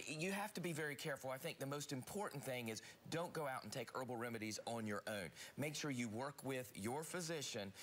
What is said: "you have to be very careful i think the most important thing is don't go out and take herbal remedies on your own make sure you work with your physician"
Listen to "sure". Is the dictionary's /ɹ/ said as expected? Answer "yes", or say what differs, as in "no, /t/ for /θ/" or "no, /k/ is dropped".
yes